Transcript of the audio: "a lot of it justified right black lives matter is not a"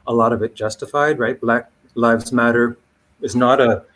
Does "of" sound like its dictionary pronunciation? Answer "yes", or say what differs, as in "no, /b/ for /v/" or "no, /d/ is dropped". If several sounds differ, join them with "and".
yes